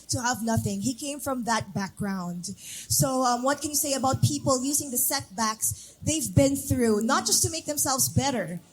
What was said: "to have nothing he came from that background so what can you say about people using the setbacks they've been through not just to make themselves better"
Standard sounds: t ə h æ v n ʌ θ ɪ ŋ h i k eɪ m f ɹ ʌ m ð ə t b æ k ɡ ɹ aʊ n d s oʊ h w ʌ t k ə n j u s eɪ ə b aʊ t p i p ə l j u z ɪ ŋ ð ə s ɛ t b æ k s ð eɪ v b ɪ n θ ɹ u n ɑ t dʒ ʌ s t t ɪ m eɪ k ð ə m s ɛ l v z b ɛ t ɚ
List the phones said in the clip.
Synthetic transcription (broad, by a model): t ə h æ v n ʌ θ ɪ ŋ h i k eɪ m f ɹ ʌ m ð ə t b æ k ɡ ɹ aʊ n d s oʊ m w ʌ t k ə n j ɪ s eɪ ə b aʊ t p i p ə l j u z ɪ ŋ ð ə s ɛ t b æ k s ð eɪ v b ɪ n θ ɹ u n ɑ t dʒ ʌ s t t ɪ m eɪ k ð ə m s ɛ l v z b ɛ t ɚ